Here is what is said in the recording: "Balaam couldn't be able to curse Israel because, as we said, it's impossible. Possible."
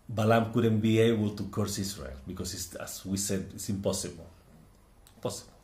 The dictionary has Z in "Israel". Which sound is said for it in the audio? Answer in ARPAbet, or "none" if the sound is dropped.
S